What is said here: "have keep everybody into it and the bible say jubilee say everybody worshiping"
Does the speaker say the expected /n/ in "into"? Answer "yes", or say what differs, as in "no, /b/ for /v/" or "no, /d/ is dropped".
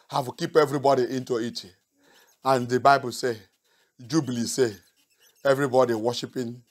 yes